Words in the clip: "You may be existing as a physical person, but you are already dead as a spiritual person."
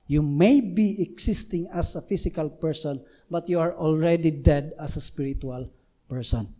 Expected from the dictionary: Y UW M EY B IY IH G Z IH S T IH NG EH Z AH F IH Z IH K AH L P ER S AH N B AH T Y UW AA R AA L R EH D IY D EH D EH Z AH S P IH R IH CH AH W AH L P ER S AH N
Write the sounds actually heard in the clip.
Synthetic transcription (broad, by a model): Y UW M EY B IY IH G S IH S T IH NG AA S AH F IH S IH K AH L P ER S AH N B AH T Y UW AA R AA L R EH D IY D EH D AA S AH S P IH R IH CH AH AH L P ER S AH N